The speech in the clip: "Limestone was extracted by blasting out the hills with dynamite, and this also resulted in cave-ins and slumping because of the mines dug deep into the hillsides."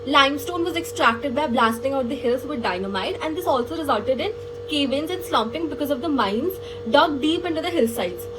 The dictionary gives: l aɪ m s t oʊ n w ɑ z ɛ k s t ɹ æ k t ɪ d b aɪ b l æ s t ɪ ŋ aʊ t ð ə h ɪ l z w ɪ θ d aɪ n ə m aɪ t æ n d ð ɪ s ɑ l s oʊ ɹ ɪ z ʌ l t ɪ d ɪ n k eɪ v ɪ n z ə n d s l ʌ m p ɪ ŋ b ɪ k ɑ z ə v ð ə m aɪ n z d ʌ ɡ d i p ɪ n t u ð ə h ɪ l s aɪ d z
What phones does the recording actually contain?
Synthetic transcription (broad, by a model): l aɪ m s t oʊ n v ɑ z ɛ k s t ɹ æ k t ɪ d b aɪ b l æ s t ɪ ŋ aʊ t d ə h ɪ l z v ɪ d aɪ n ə m aɪ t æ n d ɪ s ɑ l s oʊ ɹ ɪ z ʌ l t ɪ d ɪ n k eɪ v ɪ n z ə n d s l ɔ m p ɪ ŋ b ɪ k ɑ z ə v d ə m aɪ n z d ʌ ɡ d i p ɪ n t u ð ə h ɪ l s aɪ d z